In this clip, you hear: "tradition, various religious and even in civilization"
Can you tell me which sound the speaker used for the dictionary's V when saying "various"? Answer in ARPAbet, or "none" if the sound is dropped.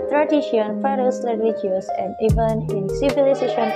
F